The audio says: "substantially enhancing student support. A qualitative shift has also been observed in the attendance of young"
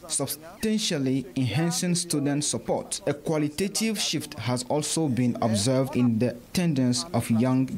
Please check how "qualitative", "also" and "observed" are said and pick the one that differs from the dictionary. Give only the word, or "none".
none